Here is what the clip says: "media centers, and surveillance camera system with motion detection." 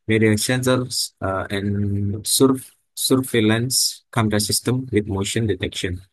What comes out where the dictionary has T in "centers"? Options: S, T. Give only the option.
S